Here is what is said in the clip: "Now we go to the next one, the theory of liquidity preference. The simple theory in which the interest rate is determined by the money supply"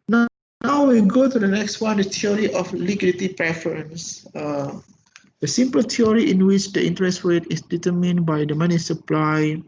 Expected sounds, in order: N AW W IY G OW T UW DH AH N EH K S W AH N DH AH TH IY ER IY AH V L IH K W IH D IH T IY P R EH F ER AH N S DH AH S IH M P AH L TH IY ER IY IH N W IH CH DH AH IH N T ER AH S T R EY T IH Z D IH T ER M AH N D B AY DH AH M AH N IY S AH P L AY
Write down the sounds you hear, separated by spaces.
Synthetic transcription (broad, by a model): N AW W IY G OW T UW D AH N EH K S W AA N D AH T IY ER IY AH F L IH K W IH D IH T IY P R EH F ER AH N S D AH S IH M P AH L T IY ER IY IH N W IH CH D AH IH N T ER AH S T W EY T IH S D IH T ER M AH N B AY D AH M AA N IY S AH P L AY